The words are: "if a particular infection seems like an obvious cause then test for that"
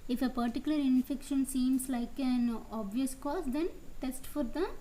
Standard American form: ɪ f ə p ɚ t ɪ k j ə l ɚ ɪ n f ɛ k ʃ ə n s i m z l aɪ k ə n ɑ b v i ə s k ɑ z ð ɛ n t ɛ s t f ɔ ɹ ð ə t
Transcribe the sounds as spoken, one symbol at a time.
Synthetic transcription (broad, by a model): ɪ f ə p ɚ t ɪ k j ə l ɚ ɪ n f ɛ k ʃ ə n s i m s l aɪ k ə n ɑ b v i ə s k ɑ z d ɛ n t ɛ s t f ɔ ɹ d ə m